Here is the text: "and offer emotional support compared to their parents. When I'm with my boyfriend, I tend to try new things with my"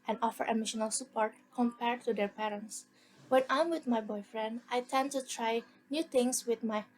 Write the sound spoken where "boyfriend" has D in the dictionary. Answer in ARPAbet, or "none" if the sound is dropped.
D